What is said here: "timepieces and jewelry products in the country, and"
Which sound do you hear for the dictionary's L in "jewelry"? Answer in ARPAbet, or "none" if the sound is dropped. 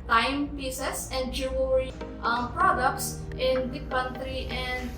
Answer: none